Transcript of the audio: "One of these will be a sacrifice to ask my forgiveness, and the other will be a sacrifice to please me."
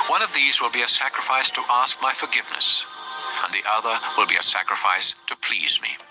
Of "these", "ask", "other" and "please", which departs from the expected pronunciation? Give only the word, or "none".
none